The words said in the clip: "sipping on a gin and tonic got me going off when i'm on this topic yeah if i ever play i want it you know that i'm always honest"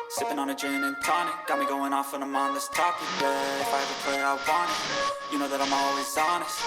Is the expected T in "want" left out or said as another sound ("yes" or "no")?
yes